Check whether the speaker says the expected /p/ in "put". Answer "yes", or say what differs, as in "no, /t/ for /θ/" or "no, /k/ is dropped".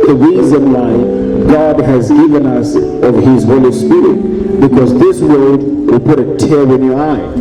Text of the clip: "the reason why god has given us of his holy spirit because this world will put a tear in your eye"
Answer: yes